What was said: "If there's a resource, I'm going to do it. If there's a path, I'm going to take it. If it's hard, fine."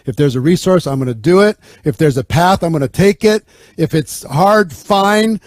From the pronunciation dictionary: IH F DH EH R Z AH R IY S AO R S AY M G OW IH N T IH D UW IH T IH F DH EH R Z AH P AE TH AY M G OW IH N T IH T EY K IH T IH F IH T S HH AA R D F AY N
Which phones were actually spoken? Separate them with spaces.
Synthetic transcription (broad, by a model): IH F DH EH R Z AH R IY S AO R S AY M G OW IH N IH D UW IH T IH F DH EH R Z AH P AE TH AY M G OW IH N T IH T EY K IH T IH F IH T S HH AA R D F AY N